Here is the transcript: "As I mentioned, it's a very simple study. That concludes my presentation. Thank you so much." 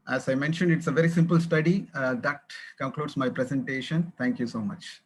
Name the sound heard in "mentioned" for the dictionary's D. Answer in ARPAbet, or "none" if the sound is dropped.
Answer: D